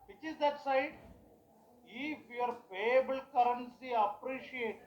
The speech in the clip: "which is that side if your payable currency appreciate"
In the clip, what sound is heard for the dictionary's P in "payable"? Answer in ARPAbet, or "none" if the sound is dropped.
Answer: F